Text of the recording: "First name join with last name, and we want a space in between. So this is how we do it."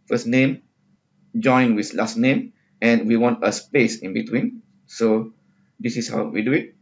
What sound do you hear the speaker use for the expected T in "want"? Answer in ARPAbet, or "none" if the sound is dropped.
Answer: T